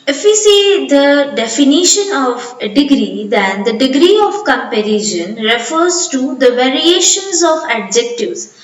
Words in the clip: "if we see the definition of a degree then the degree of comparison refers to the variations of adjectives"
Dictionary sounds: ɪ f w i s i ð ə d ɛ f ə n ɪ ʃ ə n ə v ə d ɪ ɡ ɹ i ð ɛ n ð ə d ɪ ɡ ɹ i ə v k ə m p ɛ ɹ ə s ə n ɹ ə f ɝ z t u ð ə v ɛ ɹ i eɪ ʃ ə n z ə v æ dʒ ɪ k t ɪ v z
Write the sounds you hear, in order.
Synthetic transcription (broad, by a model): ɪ f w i s i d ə d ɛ f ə n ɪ ʃ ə n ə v ə d ɪ ɡ ɹ i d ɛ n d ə d ɪ ɡ ɹ i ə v k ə m p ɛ ɹ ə ʃ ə n ɹ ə f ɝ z t u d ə v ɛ ɹ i eɪ ʃ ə n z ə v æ dʒ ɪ k t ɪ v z